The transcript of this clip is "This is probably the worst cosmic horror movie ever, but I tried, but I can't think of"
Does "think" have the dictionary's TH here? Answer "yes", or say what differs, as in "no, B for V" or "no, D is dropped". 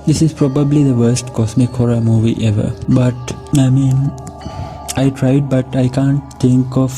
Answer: no, T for TH